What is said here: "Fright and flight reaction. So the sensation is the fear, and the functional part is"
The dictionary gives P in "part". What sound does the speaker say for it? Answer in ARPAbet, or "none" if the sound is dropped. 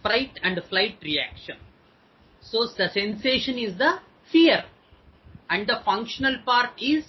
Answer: P